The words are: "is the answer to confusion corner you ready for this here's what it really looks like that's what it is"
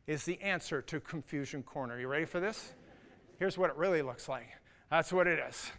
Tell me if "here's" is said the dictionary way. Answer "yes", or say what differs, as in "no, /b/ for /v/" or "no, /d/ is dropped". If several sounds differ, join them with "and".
yes